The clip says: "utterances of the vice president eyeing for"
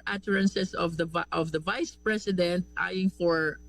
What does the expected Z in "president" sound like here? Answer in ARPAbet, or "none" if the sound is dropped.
S